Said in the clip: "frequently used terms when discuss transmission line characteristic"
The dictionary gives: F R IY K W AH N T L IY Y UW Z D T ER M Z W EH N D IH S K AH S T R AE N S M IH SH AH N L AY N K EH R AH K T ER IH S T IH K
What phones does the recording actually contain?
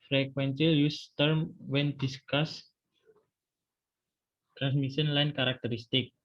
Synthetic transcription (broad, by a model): F R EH K W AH N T L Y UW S T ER M W EH N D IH S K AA S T R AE N S M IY S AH N L AY N K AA R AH K T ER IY S T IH K